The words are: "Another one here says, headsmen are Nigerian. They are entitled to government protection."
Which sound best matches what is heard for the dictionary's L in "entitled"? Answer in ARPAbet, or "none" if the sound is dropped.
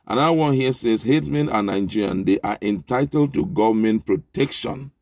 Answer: L